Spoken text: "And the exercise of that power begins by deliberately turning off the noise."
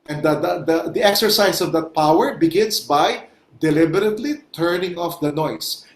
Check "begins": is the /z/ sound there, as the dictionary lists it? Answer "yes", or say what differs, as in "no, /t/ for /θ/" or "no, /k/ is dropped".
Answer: no, /s/ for /z/